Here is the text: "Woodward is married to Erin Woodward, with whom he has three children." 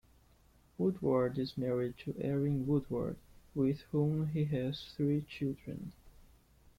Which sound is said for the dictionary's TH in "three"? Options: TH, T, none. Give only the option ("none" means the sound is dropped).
TH